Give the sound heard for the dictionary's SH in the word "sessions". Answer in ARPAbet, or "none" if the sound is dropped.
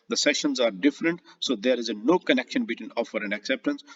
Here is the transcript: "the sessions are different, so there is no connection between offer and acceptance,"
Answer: SH